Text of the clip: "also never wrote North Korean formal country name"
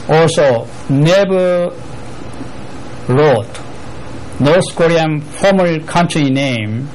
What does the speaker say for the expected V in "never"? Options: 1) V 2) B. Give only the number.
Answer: 2